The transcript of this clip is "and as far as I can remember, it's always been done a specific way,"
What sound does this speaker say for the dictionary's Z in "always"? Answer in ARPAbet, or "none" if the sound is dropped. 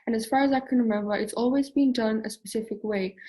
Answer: Z